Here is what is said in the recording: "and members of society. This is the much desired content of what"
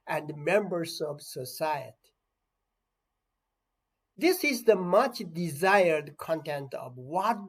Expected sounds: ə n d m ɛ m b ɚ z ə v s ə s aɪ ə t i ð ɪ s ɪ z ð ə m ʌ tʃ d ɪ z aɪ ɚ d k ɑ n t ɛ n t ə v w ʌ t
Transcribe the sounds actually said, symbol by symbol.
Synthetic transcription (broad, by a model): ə n d m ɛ m b ɚ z ə v s ə s aɪ ə t i ð ɪ s ɪ z ð ə m ʌ tʃ d ɪ z aɪ ɚ d k ɑ n t ɛ n t ə v w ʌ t